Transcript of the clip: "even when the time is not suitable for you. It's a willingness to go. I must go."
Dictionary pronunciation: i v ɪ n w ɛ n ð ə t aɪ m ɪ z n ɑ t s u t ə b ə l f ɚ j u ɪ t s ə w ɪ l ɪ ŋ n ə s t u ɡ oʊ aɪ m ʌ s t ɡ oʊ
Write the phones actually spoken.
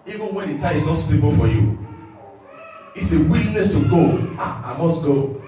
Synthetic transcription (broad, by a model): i v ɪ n w ɛ n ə t aɪ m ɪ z n ɑ t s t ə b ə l f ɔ j u ɪ t s ə w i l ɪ n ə s t u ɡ oʊ aɪ m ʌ s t ɡ oʊ